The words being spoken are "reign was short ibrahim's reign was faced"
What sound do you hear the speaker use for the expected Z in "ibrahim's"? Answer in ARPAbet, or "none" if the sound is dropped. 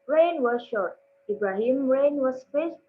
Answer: none